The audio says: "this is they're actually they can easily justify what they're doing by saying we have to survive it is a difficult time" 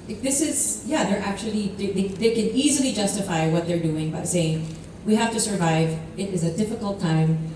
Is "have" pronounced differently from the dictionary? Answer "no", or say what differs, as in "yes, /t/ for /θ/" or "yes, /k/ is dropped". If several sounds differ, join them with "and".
yes, /f/ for /v/